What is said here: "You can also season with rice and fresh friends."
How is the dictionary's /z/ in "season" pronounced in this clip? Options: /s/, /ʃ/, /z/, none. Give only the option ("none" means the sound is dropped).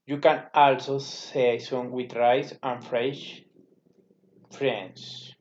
/s/